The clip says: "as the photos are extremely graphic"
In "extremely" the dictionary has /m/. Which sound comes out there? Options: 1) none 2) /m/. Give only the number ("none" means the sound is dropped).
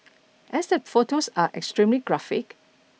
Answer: 2